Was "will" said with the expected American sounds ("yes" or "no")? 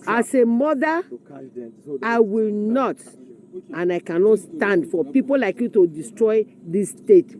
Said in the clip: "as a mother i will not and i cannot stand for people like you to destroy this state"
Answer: yes